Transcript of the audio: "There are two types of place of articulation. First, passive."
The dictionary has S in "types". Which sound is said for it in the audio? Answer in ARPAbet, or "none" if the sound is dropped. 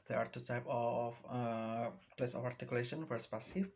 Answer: none